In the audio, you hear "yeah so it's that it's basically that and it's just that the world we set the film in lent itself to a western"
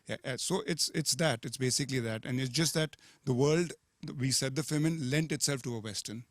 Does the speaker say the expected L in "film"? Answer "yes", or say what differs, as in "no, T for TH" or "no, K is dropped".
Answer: no, L is dropped